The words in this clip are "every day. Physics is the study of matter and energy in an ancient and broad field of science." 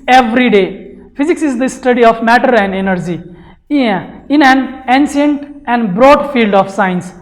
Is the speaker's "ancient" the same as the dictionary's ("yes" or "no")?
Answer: no